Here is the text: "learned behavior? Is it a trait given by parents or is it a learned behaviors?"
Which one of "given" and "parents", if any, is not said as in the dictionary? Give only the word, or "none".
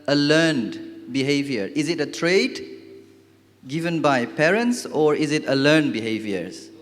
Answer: none